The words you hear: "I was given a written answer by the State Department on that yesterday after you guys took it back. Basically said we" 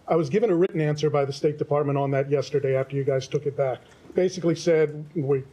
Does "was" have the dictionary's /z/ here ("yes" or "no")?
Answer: yes